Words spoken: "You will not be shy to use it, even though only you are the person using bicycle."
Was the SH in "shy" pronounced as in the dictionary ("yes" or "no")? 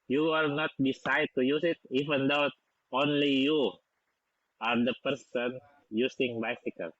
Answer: no